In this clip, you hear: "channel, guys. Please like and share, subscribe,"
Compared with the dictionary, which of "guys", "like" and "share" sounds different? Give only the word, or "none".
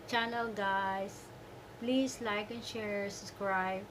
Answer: guys